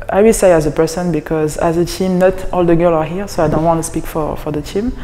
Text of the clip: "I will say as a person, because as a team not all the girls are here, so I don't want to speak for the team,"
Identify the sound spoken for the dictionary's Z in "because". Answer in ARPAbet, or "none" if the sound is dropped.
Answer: Z